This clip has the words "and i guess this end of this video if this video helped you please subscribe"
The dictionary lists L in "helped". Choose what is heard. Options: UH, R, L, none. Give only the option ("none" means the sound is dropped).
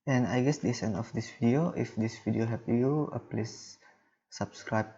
none